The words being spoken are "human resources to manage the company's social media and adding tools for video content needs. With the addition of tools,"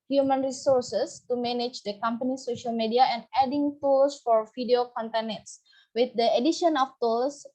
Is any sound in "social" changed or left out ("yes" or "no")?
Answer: no